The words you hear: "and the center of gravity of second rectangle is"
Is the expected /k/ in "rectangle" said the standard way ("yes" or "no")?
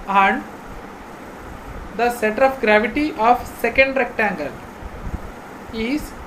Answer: yes